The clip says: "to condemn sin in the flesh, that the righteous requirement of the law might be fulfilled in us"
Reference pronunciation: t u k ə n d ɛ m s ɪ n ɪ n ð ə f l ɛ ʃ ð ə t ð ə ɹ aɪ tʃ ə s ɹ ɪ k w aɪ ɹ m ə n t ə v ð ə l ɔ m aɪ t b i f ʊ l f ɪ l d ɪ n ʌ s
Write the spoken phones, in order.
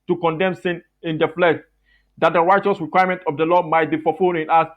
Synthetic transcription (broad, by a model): t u k ə n d ɛ m s ɪ n ɪ n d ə f l ɛ ʃ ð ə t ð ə ɹ aɪ tʃ ə s ɹ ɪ k w aɪ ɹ m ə n t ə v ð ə l ɔ m aɪ t b i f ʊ f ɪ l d ɪ n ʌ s